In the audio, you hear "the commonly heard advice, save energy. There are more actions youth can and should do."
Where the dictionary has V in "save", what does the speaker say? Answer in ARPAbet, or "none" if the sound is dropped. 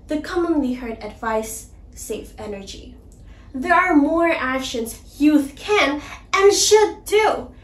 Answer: F